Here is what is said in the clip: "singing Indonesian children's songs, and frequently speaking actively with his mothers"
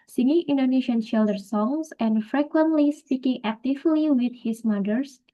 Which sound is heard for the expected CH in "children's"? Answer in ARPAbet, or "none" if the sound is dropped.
SH